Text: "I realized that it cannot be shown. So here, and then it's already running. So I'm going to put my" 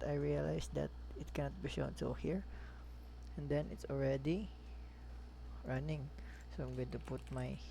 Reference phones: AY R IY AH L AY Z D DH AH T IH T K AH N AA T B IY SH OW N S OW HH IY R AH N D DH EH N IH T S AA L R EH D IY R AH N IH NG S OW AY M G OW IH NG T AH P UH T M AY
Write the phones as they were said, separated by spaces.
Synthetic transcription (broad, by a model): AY R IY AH L AY S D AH T IH T K AH N AA T B IY SH OW N S OW HH IY R AH N D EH N IH T S AA L R EH D IY R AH N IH NG S OW AY M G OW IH T AH P UH T M AY